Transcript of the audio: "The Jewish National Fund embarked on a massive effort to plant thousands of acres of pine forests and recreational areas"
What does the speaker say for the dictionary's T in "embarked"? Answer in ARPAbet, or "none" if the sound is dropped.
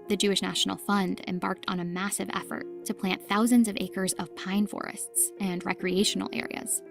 T